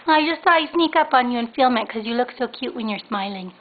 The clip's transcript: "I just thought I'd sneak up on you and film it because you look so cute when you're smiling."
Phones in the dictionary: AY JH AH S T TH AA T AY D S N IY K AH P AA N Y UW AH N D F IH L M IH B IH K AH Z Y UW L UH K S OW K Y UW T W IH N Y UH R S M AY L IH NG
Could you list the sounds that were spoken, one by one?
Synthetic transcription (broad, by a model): AY JH AH S T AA IH S N IY K AH P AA N Y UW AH N F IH L M IH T K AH Z Y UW L UH K S OW K Y UW T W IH N Y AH R S M AY L IH NG